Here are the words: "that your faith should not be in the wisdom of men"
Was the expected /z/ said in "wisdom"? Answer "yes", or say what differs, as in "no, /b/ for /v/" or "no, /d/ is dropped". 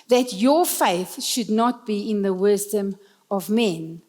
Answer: yes